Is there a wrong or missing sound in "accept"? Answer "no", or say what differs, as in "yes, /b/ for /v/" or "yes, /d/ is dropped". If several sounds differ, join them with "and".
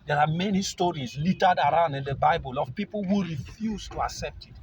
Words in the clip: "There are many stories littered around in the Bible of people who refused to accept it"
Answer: no